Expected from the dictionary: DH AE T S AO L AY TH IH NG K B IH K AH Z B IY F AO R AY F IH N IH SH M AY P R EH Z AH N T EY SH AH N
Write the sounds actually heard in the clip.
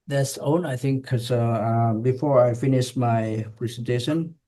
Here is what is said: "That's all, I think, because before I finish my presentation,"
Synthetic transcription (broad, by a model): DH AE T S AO N AY TH IH NG K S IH AH B IY F AO R AY F IH N IH SH M AY P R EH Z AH N T EY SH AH N